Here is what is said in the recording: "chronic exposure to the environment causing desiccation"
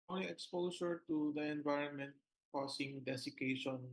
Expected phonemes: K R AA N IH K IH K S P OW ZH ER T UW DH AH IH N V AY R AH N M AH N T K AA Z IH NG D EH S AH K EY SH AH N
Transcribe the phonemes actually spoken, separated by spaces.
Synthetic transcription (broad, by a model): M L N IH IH K S P OW S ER T UW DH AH IH N V AY R AH N M AH N T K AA S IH NG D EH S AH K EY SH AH N